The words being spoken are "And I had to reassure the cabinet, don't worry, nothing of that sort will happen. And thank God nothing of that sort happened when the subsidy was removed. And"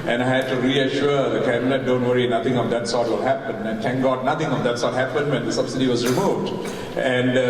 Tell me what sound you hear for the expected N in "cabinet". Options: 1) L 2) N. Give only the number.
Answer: 1